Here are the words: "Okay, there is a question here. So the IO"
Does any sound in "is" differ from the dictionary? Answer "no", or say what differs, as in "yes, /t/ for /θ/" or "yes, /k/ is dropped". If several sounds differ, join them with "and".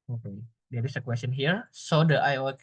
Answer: yes, /s/ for /z/